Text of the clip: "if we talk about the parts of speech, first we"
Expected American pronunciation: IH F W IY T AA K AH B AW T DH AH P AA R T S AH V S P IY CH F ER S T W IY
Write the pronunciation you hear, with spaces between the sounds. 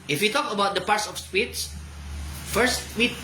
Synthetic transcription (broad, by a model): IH F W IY T AA K AH B AW T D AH P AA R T S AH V S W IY S F ER S T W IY